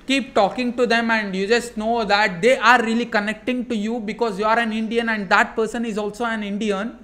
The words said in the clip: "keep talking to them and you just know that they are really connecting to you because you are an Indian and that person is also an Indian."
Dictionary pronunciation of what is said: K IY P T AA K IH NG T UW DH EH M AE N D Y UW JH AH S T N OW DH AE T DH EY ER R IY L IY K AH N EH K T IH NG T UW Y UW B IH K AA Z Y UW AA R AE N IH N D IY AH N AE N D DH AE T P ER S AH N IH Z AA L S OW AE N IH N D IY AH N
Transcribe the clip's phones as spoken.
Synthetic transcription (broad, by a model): K IY P T AA K IH NG T UW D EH M AE N D Y UW JH AH S T N OW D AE T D EY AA R IY L IY K AH N EH K T IH NG T UW Y UW B IH K AA Z Y UW AA R AE N IH N D IY AH N AE N D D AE T P ER S AH N IH Z AA L S OW AE N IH N D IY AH N